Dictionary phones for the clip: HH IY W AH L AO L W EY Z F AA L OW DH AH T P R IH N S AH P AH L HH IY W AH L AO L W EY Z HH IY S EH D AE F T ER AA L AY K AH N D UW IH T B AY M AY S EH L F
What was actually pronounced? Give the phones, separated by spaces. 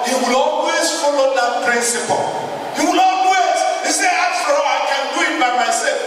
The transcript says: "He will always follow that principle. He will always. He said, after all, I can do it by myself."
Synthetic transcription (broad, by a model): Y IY W AH L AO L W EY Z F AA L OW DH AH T P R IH N S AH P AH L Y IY W AH L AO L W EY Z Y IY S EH AA T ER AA AY K AH N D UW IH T B AY M AY S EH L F